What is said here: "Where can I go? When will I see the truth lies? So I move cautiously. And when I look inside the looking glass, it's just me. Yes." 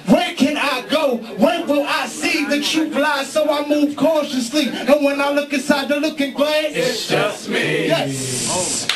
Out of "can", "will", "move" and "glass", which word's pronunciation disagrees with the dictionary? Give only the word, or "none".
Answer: glass